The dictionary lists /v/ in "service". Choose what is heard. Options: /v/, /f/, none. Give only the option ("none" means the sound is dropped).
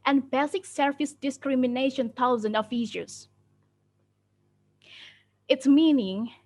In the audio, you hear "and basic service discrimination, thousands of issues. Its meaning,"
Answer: /f/